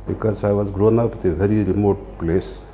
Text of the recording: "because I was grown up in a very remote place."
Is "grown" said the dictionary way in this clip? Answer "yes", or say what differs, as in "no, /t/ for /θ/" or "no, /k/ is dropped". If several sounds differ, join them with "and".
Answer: yes